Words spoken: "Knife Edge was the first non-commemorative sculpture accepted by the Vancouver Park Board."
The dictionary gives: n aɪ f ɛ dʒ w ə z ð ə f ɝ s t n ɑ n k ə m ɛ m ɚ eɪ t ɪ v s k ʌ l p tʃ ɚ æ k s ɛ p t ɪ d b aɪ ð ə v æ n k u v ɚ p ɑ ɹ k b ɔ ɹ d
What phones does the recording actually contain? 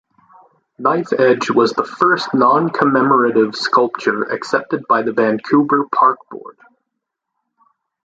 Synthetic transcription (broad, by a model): n aɪ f ɛ dʒ w ə z ð ə f ɝ s t n ɑ n k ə m ɛ m ɚ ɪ t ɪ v s k ʌ l p tʃ ɚ æ k s ɛ p t ɪ d b aɪ ð ə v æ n k u b ɚ p ɑ ɹ k b ɔ ɹ d